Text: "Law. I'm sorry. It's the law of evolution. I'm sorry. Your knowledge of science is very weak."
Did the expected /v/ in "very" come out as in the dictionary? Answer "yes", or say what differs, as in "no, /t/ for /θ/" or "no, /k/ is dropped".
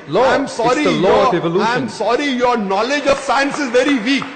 yes